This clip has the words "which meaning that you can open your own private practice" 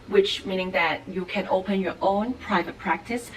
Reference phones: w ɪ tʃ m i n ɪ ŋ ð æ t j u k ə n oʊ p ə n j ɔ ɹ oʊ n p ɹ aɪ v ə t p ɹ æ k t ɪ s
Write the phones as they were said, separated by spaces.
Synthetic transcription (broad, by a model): w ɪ tʃ m i n ɪ ŋ ð æ t j u k ə n oʊ p ə n j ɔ ɹ oʊ n p ɹ aɪ v ə t p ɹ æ k t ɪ s